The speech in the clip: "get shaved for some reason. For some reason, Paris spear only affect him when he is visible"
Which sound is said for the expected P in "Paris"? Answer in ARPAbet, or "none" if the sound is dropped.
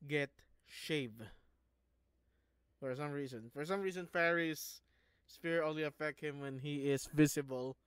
F